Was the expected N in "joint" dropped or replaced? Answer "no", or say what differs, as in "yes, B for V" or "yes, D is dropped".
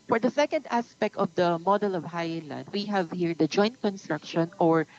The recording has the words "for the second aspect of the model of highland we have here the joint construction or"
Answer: no